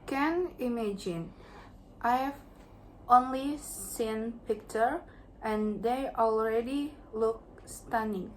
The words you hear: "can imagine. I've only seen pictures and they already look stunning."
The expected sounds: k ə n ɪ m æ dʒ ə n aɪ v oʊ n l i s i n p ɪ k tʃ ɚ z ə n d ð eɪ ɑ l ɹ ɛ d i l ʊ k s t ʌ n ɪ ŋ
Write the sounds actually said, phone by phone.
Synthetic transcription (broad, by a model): k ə n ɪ m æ dʒ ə n aɪ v oʊ n l i s i n p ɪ k tʃ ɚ ə n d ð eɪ ɑ l ɹ ɛ d i l ʊ k s t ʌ n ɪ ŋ